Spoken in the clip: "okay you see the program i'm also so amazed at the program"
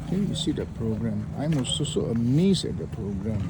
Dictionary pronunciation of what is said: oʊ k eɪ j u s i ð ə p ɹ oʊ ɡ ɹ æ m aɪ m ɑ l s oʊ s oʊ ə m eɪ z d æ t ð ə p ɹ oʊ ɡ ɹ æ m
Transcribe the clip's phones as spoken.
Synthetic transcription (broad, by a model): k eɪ j u s i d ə p ɹ oʊ ɡ ɹ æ m aɪ m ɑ s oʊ s oʊ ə m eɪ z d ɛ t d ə p ɹ oʊ ɡ ɹ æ m